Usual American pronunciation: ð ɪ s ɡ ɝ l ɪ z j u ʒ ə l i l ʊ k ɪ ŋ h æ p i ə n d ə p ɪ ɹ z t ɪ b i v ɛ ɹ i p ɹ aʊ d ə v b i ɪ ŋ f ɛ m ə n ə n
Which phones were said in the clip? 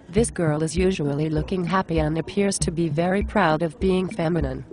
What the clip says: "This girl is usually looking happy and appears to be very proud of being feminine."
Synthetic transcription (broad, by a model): ð ɪ s ɡ ɝ l ɪ z j u ʒ ə l i l ʊ k ɪ ŋ h æ p i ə n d ə p ɪ ɹ z t ɪ b i v ɛ ɹ i p ɹ aʊ d ə v b i ɪ ŋ f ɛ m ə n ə n